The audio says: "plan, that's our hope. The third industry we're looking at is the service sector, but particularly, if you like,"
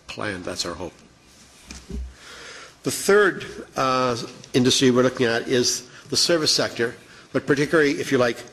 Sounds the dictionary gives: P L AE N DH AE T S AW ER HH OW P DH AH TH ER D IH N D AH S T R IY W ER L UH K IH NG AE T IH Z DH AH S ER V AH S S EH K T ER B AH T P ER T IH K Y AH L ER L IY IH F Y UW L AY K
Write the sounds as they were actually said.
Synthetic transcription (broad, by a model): P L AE N DH AE T S AW ER HH OW P DH AH TH ER D IH N D AH S T R IY W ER L UH K IH NG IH T IH Z DH AH S ER V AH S S EH K T ER B AH T P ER T IH K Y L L IY IH F Y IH L AY K